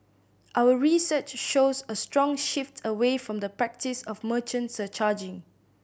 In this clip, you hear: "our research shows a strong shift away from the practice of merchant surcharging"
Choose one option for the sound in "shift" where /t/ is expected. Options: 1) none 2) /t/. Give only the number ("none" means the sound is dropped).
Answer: 2